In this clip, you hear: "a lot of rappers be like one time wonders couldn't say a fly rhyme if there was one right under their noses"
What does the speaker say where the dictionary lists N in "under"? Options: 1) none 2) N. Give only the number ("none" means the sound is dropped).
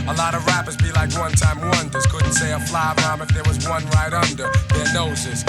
2